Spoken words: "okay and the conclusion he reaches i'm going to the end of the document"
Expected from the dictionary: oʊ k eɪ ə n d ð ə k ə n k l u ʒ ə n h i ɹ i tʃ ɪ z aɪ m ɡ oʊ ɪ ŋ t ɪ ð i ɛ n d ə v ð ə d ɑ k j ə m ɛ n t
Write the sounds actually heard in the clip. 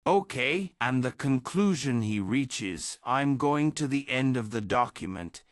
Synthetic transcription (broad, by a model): oʊ k eɪ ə n ð ə k ə n k l u ʒ ə n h i ɹ i tʃ ɪ z aɪ m ɡ oʊ ɪ ŋ t ɪ ð i ɛ n d ə v ð ə d ɑ k j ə m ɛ n t